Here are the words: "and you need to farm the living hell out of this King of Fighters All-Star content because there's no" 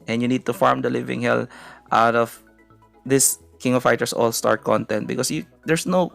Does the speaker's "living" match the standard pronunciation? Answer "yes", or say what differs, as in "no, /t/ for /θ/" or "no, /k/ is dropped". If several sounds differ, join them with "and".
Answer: yes